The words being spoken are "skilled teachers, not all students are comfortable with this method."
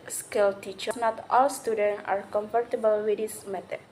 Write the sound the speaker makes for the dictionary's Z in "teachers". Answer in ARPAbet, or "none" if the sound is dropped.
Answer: none